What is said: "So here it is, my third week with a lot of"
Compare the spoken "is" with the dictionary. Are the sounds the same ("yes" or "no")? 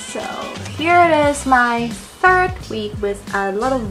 yes